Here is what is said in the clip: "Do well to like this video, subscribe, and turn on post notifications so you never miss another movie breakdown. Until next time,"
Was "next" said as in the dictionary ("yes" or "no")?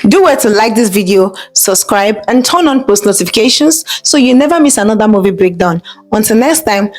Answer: yes